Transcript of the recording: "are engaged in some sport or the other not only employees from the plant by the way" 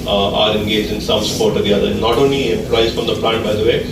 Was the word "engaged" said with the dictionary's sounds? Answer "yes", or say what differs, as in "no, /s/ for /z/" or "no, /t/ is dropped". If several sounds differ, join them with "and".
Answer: no, /d/ is dropped